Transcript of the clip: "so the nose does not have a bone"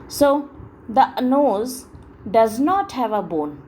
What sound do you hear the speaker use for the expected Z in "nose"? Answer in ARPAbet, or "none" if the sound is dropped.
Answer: Z